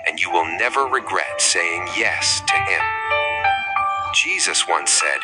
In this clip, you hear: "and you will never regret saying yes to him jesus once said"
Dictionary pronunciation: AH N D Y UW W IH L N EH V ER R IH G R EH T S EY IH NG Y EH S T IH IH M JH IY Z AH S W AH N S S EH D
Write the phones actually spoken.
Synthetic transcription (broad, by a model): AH N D Y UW W IH L N EH V ER R IH G R EH T S EY IH NG Y EH S T IH IH M JH IY Z AH S W AH N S S EH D